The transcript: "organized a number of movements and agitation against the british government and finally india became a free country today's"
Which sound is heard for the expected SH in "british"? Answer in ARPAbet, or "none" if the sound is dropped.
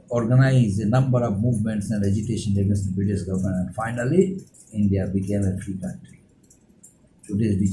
S